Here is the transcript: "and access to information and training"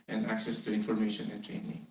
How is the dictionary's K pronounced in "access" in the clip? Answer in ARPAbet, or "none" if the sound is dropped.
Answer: K